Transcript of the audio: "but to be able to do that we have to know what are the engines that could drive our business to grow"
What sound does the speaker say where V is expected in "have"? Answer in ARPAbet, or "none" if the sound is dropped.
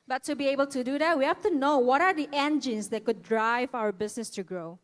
F